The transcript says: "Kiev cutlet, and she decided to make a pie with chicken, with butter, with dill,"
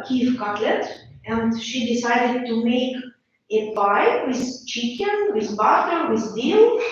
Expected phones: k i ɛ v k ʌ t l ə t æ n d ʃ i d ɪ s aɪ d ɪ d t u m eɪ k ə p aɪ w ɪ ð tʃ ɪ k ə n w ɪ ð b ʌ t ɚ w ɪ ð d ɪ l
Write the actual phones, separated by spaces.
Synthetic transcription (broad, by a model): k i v k ʌ t l ə t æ n d ʃ i d ɪ s aɪ d ɪ d t u m eɪ k ə b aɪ w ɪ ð tʃ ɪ k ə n w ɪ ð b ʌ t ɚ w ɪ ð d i l